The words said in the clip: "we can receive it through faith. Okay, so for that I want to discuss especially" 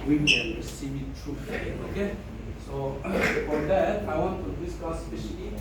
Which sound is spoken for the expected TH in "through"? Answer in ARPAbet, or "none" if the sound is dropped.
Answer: T